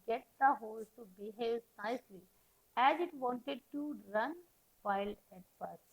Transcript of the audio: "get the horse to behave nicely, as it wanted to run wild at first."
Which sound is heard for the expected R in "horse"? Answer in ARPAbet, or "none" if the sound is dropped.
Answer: L